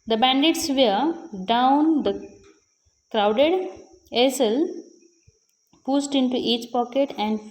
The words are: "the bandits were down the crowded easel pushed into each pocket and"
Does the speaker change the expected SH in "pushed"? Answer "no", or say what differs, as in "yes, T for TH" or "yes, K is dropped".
yes, S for SH